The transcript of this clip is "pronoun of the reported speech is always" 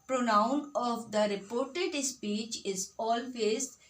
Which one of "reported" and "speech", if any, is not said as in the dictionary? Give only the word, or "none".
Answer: none